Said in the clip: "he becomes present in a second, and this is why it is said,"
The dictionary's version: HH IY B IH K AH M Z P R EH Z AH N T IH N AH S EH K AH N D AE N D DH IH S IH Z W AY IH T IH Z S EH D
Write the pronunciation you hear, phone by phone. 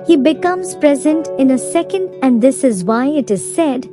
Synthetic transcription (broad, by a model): HH IY B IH K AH M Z P R EH Z AH N T IH N AH S EH K AH N D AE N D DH IH S IH Z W AY IH T IH Z S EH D